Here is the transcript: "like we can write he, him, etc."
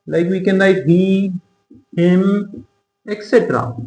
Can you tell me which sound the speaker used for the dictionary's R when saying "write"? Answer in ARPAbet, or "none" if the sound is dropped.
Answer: L